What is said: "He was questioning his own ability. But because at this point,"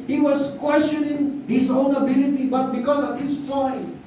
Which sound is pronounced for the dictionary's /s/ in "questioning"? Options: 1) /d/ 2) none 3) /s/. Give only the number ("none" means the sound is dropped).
3